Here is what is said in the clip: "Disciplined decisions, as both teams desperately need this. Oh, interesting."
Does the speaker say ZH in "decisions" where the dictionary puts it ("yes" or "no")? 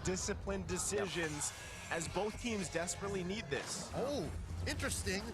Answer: yes